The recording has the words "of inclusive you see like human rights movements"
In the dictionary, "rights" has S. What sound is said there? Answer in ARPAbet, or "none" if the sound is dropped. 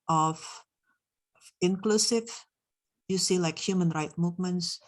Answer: none